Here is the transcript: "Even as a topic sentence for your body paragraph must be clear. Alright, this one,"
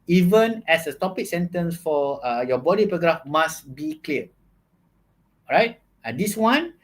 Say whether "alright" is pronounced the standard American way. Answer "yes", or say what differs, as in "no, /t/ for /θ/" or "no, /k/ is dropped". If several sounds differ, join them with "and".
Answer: no, /l/ is dropped